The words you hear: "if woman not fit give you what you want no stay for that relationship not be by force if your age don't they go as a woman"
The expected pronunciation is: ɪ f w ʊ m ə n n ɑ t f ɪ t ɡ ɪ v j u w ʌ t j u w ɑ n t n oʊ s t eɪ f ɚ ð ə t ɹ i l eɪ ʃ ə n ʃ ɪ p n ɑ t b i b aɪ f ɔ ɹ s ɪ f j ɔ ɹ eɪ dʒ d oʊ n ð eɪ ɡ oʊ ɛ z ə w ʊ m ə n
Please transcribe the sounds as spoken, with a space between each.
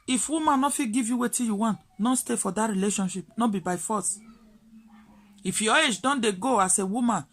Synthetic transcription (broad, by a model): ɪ f w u m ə n n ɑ f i ɡ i v j u w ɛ t j u w ɑ n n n s t eɪ f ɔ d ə t ɹ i l eɪ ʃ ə n ʃ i p n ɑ b i b aɪ f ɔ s ɪ f j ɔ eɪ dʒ d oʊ n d eɪ ɡ oʊ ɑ s ə w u m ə n